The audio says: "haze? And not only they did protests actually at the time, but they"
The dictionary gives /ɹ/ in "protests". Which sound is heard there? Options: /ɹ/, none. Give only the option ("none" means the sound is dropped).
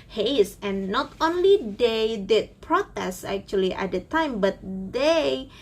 /ɹ/